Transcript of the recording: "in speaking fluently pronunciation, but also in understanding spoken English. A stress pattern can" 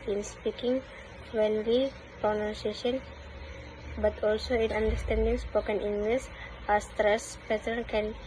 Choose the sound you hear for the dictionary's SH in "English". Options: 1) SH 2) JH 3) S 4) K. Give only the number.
3